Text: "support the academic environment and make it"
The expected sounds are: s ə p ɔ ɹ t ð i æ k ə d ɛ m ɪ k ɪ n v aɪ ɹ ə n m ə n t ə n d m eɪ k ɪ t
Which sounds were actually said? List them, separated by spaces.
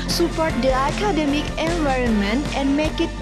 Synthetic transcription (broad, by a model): s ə p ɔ ɹ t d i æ k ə d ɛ m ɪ k ɪ n v aɪ ɹ ə n m ə n t ə n d m eɪ k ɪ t